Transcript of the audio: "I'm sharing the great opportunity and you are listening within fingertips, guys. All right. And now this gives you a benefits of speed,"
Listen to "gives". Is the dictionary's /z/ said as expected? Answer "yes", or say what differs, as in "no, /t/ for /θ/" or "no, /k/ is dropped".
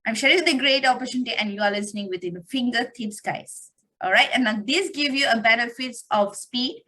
no, /z/ is dropped